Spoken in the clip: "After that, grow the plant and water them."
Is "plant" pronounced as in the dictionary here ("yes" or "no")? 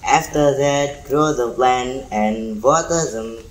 no